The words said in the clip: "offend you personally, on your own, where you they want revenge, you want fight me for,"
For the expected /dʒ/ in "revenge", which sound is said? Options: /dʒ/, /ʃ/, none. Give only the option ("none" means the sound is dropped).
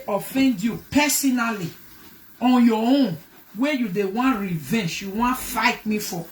/ʃ/